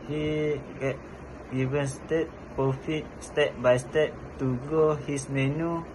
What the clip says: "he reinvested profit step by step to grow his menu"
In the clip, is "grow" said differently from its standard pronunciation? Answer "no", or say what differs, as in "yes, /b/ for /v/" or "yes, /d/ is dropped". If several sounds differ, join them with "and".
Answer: yes, /ɹ/ is dropped